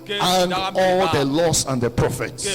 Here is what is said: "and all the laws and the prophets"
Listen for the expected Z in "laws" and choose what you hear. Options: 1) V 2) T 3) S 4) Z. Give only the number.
3